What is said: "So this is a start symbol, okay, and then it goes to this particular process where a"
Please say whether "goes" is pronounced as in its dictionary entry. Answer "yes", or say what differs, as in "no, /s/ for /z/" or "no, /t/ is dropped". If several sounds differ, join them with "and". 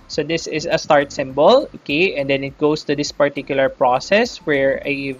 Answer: no, /s/ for /z/